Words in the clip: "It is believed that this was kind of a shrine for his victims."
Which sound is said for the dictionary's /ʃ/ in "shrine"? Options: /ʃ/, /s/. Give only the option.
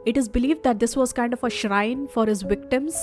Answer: /ʃ/